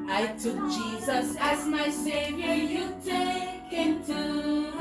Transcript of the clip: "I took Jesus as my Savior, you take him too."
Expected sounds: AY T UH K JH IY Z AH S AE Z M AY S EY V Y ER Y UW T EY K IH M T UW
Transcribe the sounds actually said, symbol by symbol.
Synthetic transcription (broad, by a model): AY T UH K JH IY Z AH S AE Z M AY S EY V Y ER Y UW T EY K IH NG T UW